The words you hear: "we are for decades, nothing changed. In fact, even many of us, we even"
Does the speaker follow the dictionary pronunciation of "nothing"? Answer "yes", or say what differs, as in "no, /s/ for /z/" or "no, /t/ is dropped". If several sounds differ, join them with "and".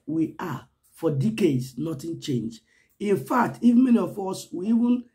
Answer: no, /t/ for /θ/